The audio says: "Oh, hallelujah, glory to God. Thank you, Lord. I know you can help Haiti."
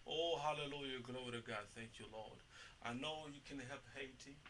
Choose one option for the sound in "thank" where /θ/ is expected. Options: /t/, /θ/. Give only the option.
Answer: /θ/